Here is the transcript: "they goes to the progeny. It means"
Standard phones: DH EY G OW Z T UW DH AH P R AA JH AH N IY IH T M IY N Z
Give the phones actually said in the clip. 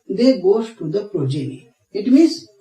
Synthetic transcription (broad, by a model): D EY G OW S T UW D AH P R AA JH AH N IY IH T M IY N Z